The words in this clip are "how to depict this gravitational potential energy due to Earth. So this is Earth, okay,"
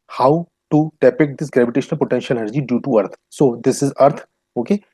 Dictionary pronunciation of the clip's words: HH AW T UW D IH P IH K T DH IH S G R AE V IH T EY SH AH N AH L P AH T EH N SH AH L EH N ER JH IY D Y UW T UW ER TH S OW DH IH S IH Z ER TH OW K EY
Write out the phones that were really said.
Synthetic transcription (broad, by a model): HH AW T UW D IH P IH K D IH S G R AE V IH T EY SH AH N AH L P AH T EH N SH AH L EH ER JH IY D Y UW T UW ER T S OW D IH S IH Z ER T OW K EY